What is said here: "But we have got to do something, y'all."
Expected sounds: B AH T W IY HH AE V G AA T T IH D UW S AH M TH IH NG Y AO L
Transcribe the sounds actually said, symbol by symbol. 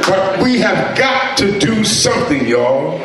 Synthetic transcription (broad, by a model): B AH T W IY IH V G AA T T IH D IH S AH M TH IH NG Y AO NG